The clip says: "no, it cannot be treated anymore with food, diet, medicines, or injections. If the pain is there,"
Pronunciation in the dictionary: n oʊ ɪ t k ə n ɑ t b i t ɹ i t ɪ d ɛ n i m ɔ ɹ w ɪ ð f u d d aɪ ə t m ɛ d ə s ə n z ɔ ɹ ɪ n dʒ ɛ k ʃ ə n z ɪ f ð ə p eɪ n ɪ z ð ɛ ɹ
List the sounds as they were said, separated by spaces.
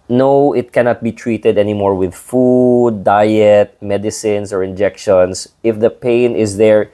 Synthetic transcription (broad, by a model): n oʊ ɪ t k ə n ɑ t b i t ɹ i t ɪ d ɛ n i m ɔ ɹ w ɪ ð f u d d aɪ ə t m ɛ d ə s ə n s ɔ ɹ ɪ n dʒ ɛ k ʃ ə n s ɪ f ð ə p eɪ n ɪ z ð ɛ ɹ